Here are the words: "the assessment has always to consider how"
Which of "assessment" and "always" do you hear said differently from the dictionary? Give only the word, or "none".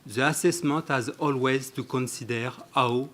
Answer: assessment